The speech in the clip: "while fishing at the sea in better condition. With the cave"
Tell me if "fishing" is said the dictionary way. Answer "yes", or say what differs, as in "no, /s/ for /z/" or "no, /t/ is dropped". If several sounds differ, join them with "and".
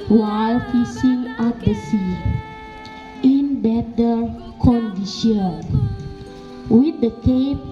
no, /s/ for /ʃ/